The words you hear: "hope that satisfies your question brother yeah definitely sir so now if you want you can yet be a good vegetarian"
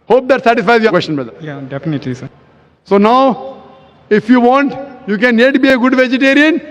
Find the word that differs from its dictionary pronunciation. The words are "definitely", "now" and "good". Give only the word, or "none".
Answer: none